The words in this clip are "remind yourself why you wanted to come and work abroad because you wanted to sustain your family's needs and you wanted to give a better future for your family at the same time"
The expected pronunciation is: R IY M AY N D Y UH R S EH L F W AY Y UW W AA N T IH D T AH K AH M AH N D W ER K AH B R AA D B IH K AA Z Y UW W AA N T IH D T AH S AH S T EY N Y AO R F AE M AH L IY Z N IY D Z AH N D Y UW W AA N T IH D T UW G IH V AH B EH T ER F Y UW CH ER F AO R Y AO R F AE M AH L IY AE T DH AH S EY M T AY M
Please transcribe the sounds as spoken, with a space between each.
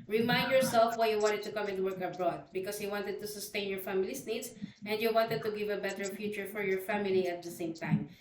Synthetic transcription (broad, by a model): R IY M AY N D Y UH R S EH L F W AY Y UW W AA N T IH D T AH K AH M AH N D W ER K AH B R AA D B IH K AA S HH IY W AA N T IH D T AH S AH S T EY N Y AO R F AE M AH L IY S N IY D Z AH N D Y UW W AA N T IH D T UW G IH V AH B EH T ER F Y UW CH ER F AO R Y AO R F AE M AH L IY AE T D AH S EY M T AY M